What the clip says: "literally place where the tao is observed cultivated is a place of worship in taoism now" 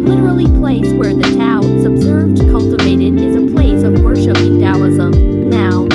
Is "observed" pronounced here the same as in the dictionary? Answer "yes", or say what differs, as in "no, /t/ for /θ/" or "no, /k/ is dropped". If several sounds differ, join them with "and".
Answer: yes